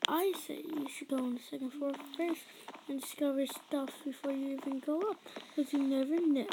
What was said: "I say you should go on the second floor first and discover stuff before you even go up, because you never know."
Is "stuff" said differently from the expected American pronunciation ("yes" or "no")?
no